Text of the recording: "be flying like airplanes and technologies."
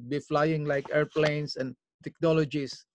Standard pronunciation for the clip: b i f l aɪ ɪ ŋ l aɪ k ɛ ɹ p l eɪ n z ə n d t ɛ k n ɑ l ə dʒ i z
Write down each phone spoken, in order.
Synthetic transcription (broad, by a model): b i f l aɪ ɪ ŋ l aɪ k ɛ ɹ p l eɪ n s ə n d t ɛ k n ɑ l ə dʒ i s